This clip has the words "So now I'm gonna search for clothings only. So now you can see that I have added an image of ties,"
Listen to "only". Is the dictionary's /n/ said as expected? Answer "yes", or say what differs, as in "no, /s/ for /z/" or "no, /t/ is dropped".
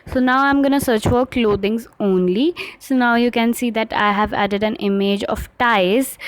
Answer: yes